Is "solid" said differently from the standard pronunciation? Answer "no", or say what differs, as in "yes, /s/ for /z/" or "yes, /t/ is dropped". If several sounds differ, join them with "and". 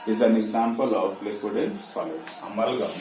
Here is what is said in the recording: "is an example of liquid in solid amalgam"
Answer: yes, /d/ is dropped